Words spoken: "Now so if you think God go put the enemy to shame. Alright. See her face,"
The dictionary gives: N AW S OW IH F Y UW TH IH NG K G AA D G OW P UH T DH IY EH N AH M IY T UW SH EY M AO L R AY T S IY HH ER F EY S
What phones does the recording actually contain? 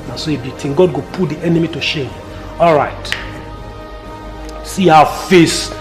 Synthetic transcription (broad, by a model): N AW S OW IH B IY T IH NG G AA D G OW P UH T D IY EH N AH M IY T UW SH EY M AO L R AY T S IY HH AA F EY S